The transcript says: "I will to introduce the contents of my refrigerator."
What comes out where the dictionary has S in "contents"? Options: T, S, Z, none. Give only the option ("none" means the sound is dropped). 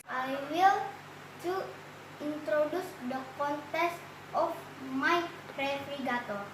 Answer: none